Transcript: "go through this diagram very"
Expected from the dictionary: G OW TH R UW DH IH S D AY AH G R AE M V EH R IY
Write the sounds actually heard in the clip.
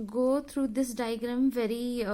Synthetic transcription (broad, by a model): G OW T R UW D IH S D AY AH G R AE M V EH R IY